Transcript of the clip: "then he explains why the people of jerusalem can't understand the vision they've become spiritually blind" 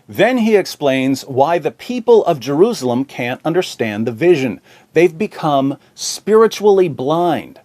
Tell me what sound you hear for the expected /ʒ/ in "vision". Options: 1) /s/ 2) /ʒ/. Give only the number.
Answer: 2